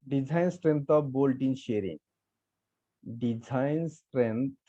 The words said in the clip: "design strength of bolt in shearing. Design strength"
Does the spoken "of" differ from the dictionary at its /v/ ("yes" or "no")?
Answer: yes